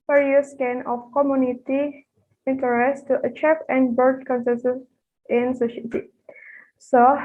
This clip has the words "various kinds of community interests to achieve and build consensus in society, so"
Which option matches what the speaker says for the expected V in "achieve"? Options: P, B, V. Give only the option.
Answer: P